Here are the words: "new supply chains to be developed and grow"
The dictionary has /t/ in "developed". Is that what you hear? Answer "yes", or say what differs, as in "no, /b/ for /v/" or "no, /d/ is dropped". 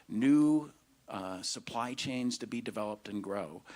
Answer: yes